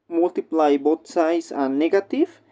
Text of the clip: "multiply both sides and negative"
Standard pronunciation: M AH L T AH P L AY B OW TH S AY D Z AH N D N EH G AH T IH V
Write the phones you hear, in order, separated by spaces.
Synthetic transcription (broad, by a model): M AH L T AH P L AY B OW T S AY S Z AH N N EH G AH T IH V